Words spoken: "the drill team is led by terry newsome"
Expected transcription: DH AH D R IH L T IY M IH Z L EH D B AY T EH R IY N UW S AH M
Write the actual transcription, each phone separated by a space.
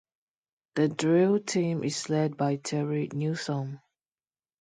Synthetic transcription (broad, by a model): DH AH D R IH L T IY M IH S L EH D B AY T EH R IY N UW S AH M